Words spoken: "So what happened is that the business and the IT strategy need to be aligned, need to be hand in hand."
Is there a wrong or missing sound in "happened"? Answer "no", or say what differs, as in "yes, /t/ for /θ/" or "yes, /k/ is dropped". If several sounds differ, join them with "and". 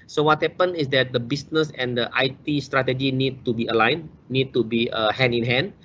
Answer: yes, /d/ is dropped